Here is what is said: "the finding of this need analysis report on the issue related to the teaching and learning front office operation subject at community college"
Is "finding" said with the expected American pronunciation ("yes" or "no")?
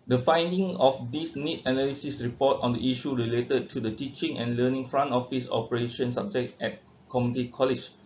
yes